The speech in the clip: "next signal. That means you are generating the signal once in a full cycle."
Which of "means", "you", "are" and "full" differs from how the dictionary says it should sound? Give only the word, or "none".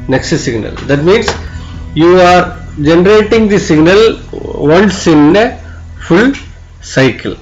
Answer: means